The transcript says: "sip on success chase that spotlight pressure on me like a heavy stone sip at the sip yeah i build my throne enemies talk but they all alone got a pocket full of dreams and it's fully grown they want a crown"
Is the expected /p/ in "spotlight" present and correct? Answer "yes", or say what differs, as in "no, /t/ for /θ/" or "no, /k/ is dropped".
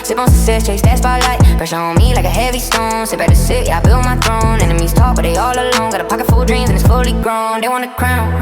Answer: no, /b/ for /p/